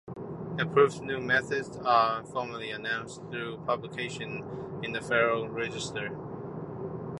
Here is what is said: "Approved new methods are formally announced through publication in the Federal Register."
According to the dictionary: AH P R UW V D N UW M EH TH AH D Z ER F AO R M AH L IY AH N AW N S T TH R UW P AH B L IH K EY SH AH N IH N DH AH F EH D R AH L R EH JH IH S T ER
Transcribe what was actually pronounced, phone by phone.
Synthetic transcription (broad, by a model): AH P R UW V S N UW M EH TH AH D Z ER F AO R M AH L IY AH N AW N S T TH R UW P AH B L IH K EY SH AH N IH N DH AH F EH R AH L R EH JH IH S T ER